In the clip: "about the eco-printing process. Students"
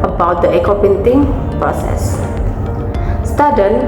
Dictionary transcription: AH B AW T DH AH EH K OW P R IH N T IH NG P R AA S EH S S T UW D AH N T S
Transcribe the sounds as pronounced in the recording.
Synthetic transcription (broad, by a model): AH B AW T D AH EH K OW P IH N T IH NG P R AA S EH S S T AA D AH N